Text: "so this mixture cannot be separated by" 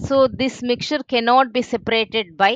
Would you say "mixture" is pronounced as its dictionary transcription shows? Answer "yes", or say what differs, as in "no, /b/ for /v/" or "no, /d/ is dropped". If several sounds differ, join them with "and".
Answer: no, /s/ is dropped